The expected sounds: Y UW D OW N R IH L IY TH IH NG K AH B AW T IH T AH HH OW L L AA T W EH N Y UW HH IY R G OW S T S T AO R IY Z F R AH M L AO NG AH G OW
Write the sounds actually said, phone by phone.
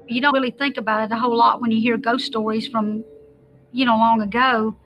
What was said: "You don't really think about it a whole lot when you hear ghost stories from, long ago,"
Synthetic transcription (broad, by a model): Y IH D OW N R IH L IY TH IH NG K AH B AW T IH T AH HH OW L L AA T W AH N Y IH HH IY R G OW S S T AO R IY Z F R AH M L AO NG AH G OW